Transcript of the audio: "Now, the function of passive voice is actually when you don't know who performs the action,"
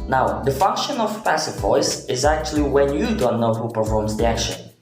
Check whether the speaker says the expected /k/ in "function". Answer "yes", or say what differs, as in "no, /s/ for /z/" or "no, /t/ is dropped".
yes